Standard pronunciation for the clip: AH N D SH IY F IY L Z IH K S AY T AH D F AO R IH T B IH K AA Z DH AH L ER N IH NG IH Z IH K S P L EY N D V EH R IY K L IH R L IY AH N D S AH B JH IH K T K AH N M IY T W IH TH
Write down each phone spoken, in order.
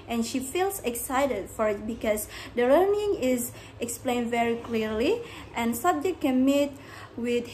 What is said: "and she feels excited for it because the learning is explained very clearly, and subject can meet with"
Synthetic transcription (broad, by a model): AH N SH IY F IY L S IH K S AY T AH D F AO R IH T B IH K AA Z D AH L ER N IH NG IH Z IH K S P L EY N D V EH R IY K L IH R L IY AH N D S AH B JH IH K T K AH N M IY T W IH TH